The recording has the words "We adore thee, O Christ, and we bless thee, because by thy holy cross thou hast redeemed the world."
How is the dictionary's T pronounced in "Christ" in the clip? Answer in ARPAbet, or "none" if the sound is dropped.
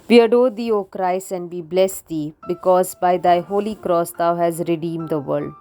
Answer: none